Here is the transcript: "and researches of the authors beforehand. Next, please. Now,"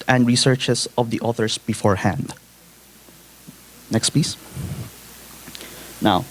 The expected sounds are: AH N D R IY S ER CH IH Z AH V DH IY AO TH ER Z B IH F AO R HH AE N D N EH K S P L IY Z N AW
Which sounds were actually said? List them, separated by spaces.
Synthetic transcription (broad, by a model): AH N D R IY S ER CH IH S AH V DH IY AO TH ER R B IH F AO R HH AE N D N EH K S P IY S N AW